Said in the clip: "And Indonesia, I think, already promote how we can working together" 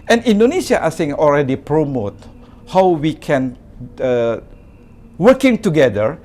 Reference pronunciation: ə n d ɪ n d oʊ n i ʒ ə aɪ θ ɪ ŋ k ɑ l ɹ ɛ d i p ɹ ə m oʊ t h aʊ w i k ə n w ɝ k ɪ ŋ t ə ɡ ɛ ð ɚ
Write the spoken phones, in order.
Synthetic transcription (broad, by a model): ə n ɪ n d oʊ n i s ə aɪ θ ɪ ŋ ɑ l ɹ ɛ d i p ɹ ə m oʊ t h aʊ w i k ə n w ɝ k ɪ ŋ t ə ɡ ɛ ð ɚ